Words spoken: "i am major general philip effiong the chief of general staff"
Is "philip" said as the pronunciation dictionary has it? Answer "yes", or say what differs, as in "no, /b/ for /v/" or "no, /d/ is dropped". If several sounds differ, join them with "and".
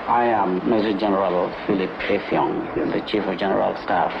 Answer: yes